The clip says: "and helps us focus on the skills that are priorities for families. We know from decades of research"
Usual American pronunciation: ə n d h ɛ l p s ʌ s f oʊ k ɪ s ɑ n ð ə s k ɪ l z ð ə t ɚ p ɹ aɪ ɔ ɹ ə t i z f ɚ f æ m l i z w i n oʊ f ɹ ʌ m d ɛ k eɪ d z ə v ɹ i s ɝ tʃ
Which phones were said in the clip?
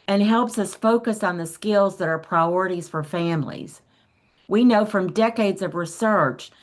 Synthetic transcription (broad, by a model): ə n h ɛ l p s ʌ s f oʊ k ɪ s n ð ə s k ɪ l z ð ə t ɚ p ɹ aɪ ɔ ɹ ə t i z f ɚ f æ m l i z w i n oʊ f ɹ ʌ m d ɛ k eɪ d z ə v ɹ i s ɝ tʃ